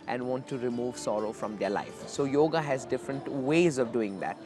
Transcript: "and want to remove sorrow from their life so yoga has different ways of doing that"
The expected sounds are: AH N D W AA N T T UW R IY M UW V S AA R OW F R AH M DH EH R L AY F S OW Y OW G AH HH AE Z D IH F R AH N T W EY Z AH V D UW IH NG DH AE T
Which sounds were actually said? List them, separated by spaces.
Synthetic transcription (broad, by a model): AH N D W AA N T T UW R IY M UW V S AA R OW F R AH M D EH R L AY F S OW Y OW G AH HH AE Z D IH F R AH N T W EY Z AH V D UW IH NG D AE T